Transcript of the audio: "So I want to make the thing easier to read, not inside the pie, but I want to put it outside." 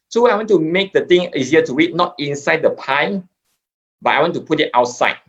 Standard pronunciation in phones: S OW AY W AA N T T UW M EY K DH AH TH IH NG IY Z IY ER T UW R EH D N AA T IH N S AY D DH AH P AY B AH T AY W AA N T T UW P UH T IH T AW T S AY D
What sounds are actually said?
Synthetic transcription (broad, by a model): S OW AY W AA N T T UW M EY K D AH T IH NG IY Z IY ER T UW W EH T N AA T IH N S AY D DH AH P AY B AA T AY W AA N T T UW P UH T IH T AW T S AY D